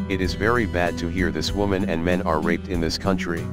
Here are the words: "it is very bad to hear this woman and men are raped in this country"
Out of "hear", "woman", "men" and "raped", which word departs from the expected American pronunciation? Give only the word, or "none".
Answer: none